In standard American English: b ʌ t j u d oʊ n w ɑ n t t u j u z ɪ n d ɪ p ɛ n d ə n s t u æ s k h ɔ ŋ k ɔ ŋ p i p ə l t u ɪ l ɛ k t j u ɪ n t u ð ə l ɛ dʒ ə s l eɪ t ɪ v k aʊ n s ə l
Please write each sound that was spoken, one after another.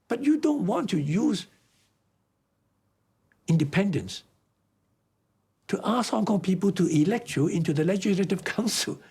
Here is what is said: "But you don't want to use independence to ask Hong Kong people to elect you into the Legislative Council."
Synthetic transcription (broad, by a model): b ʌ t j u d oʊ n w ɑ n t t u j u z ɪ n d ɪ p ɛ n d ə n s t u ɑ s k h ɔ ŋ k ɔ ŋ p i p ə l t u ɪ l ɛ k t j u ɪ n t u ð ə l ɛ dʒ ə s l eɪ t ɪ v k aʊ n s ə l